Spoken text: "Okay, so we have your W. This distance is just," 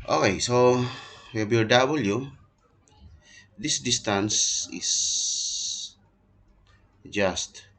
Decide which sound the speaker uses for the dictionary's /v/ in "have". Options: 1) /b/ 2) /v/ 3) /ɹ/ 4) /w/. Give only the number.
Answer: 1